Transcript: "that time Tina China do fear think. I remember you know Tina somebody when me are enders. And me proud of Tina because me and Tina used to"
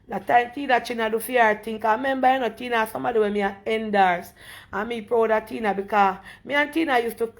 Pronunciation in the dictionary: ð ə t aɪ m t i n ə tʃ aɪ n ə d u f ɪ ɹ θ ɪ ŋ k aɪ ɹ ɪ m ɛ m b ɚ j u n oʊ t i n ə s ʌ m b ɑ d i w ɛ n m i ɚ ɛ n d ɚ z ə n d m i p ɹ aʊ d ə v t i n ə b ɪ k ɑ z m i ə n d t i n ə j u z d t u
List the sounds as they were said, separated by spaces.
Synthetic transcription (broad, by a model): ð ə t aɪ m t i n ə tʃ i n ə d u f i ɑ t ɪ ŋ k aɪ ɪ m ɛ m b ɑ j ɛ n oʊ t i n ə s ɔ m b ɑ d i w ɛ m i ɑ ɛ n d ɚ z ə m i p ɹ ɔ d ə t i n ə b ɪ k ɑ m i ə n t i n ə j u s t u